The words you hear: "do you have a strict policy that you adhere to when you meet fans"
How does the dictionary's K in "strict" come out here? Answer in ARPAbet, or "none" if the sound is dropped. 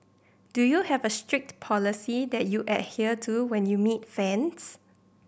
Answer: K